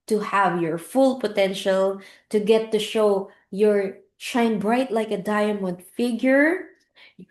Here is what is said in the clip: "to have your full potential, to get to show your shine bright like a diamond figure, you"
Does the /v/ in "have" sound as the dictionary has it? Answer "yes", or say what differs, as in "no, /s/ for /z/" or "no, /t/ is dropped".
yes